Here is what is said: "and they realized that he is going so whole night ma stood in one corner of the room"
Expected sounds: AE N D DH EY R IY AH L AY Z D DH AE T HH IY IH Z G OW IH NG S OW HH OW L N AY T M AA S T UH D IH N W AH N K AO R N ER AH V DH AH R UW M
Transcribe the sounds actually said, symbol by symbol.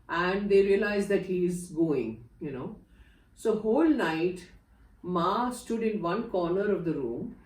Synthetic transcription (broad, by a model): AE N D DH EY R IY AH L AY Z D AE T HH IY IH Z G OW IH NG S OW HH OW L N AY T M AA S T UH D IH N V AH N K AO R N ER AH V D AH R UW M